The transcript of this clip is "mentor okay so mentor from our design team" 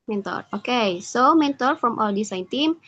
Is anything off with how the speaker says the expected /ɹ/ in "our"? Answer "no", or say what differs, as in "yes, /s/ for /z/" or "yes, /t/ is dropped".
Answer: yes, /l/ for /ɹ/